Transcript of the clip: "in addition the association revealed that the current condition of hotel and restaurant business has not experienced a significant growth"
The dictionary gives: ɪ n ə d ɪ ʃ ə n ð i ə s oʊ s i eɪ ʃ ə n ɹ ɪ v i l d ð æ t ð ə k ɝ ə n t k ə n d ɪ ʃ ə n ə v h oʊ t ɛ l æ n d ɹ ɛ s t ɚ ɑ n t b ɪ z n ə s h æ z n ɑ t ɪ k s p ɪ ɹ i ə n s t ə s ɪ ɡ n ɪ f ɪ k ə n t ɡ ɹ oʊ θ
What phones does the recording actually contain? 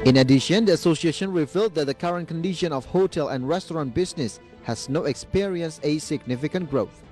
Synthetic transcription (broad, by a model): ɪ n ə d ɪ ʃ ə n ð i ə s oʊ s i eɪ ʃ ə n ɹ ɪ v i l d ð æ t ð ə k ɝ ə n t k ə n d ɪ ʃ ə n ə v h oʊ t ɛ l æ n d ɹ ɛ s t ɚ ɑ n t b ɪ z n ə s h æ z n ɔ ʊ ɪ k s p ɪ ɹ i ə n s ə s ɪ ɡ n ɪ f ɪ k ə n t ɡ ɹ oʊ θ